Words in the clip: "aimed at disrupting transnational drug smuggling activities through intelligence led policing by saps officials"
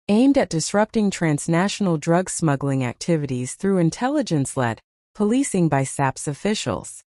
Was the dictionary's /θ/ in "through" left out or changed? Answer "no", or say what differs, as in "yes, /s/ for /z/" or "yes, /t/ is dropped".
no